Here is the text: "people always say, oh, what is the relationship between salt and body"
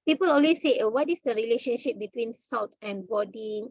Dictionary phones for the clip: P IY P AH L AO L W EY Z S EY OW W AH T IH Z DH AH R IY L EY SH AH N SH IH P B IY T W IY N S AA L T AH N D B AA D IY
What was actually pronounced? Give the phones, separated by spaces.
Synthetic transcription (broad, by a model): P IY P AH L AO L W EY S EY OW W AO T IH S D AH R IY L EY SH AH N SH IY P B IY T W IY N S AA L T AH N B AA D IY